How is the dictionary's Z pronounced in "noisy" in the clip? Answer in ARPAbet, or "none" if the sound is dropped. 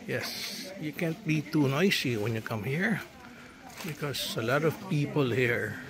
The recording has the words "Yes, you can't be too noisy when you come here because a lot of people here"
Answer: S